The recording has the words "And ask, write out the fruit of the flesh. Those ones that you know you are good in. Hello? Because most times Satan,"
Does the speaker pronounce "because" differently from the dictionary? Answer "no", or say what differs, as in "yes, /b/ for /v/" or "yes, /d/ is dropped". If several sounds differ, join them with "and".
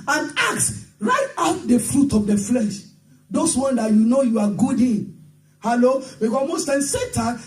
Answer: yes, /z/ is dropped